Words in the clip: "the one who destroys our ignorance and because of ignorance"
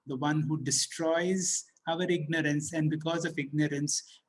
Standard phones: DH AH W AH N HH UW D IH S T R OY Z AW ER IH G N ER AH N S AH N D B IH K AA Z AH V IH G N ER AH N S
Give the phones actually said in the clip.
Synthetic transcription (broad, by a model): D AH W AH N HH UW D IH S T R OY Z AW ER IH G N ER AH N S AH N D B IH K AA Z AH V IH G N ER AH N S